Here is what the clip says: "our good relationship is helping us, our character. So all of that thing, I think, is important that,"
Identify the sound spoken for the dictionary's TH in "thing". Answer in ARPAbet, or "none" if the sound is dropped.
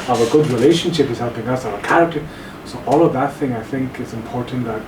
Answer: TH